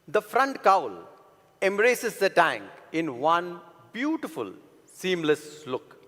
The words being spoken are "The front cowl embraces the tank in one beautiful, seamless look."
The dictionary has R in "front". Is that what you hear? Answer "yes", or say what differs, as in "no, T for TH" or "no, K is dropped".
yes